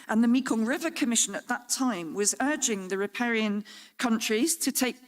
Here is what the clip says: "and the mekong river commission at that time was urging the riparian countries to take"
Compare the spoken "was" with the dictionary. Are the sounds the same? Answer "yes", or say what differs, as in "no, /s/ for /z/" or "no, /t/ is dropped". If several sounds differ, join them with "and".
yes